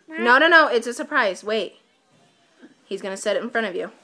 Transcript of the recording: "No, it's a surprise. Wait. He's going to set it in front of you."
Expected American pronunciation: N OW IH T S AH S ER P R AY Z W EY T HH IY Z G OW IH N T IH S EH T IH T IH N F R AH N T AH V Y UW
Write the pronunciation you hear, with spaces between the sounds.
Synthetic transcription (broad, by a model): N OW IH T S AH S ER P R AY Z W EY T HH IY Z G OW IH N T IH S EH T IH T N F R AH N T AH V Y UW